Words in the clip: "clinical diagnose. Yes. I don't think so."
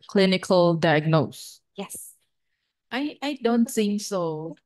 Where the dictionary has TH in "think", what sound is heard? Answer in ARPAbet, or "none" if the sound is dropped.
S